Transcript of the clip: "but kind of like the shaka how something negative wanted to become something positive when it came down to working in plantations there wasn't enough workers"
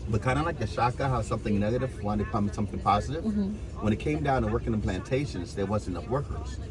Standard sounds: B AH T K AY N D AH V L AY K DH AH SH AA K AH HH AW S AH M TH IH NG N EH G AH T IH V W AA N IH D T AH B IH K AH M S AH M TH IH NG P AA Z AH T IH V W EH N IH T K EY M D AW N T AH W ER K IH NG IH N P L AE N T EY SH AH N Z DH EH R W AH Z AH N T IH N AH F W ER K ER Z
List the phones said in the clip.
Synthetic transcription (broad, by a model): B AH T K AY N D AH L AY K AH SH AA K AH HH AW S AH M TH IH NG N EH G AH T IH V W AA IH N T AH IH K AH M S AH M TH IH NG P AA Z AH T IH V W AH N IH T K EY M D AW N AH W ER K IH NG IH N P L AE N T EY SH AH N Z DH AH R W AH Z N IH N AH F W ER K ER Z